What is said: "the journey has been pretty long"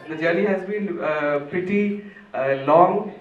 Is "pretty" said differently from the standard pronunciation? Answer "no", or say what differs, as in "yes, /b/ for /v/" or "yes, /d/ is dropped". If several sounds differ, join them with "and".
yes, /ɹ/ is dropped